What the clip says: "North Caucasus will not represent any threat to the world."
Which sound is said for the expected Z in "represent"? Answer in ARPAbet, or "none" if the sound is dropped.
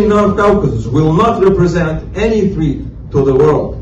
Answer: Z